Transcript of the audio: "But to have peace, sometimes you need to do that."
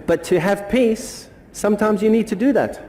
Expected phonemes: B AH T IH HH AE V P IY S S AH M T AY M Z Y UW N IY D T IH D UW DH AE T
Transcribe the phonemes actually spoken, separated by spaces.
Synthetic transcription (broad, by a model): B AH T IH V P IY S S AH M T AY M Z Y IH N IY D T IH D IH DH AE T